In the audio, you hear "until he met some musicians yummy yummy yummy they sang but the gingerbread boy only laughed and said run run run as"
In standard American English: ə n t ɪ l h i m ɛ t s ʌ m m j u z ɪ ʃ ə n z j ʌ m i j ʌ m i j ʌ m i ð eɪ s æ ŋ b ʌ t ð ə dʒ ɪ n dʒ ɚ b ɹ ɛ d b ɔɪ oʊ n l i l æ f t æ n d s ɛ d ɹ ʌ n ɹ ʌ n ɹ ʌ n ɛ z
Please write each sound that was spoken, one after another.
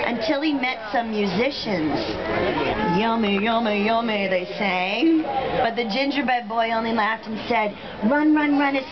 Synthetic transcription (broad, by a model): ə n t ɪ l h i m ɛ t s ʌ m m j u z ɪ ʃ ə n z j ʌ m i j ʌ m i j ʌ m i ð eɪ s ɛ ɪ b ʌ t ð ə dʒ ɪ n dʒ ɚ b ɛ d b ɔɪ oʊ n l i l æ f t n s ɛ d ɹ ʌ n ɹ ʌ n ɹ ʌ n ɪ